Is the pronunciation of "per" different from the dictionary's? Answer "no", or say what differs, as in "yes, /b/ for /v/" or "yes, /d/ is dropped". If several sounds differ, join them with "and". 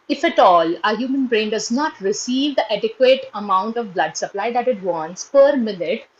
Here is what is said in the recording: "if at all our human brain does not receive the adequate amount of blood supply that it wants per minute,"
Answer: no